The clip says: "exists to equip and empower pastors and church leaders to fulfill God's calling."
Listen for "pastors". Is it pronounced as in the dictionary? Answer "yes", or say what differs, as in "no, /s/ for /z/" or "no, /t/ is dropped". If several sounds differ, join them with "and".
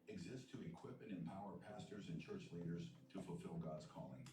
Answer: yes